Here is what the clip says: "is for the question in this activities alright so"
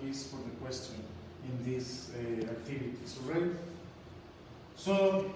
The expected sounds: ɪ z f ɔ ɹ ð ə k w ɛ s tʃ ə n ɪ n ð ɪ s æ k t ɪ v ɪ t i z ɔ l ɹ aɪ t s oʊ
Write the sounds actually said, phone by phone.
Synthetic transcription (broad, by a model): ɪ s f ɔ ɹ ð ə k w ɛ s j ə n ɪ n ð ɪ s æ k t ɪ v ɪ t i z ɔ ɹ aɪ s oʊ